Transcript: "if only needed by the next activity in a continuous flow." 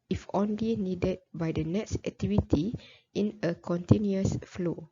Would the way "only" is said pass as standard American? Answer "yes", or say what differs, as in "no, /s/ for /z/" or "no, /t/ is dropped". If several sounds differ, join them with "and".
yes